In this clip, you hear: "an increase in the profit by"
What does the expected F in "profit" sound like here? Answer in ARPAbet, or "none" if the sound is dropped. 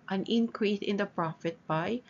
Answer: F